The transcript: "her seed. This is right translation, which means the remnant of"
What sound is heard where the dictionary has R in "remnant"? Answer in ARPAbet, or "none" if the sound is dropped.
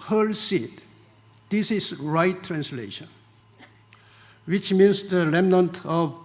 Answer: L